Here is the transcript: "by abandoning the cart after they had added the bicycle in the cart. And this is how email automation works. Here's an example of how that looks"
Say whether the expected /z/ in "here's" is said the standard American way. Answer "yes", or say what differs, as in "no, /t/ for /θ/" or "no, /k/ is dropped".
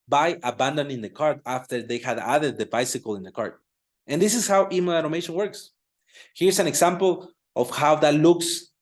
no, /s/ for /z/